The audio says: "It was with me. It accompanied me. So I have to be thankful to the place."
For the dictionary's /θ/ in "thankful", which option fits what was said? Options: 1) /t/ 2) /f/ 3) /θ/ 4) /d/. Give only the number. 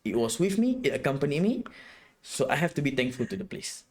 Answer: 1